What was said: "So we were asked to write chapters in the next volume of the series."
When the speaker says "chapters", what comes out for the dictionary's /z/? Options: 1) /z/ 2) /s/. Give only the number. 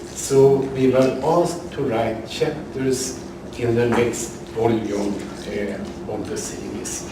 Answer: 2